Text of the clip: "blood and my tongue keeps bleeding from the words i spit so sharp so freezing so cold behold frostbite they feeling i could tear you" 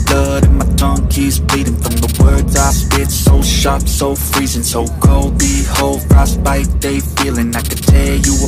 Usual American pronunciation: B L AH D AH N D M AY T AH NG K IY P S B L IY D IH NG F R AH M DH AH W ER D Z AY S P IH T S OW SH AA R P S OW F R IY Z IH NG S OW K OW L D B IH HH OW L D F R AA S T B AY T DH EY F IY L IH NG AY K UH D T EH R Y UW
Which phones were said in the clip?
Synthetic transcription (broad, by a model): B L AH D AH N M AY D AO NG K IY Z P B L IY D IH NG F R AH M DH AH W ER D Z AY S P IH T S OW SH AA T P S OW F R IY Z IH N S OW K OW L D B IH HH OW L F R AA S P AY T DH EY F IY L IH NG AY K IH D T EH L Y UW